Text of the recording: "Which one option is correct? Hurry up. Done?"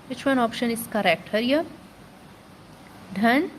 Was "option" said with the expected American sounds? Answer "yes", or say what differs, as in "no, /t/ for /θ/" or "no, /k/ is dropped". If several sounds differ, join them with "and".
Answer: yes